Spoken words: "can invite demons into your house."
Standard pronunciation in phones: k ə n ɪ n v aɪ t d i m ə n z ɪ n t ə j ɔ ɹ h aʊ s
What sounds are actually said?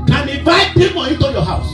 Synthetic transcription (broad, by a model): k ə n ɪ v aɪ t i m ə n ɪ t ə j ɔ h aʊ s